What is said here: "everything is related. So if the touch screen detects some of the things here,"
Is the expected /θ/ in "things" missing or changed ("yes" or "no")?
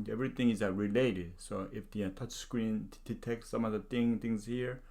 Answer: yes